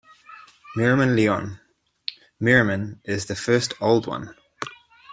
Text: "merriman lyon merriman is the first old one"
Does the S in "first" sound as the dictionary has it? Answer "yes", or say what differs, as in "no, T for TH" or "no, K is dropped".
yes